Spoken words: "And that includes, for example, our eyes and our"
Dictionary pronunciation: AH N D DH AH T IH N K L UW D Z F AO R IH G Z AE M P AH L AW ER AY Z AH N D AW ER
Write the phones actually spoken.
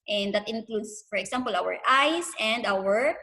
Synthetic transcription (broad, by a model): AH N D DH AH T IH N K L UW D S F AO R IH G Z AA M P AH L AW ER AY S AH N D AW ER